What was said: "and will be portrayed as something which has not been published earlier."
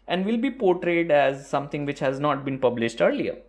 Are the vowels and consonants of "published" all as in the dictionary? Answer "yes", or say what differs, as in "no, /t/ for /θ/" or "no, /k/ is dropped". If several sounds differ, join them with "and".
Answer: yes